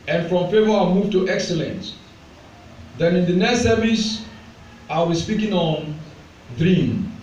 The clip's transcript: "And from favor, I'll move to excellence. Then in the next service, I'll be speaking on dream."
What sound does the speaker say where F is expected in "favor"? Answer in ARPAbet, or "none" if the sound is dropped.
F